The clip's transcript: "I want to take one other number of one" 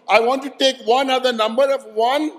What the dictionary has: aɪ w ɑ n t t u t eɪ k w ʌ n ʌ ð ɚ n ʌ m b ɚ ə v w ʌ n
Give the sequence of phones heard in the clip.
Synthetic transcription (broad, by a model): aɪ w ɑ n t t u t eɪ k w ʌ n ʌ ð ɚ n ʌ m b ɚ ə v w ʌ n